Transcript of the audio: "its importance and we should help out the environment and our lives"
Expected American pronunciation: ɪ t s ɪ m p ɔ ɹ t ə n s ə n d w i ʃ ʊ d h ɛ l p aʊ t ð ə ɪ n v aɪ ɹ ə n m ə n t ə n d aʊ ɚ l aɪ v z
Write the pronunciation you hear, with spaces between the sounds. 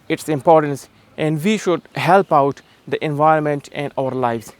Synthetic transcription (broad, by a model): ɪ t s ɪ m p ɔ ɹ t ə n s ə n d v i ʃ ʊ d h ɛ l p aʊ t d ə ɪ n v aɪ ɹ ə n m ə n t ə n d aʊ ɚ l aɪ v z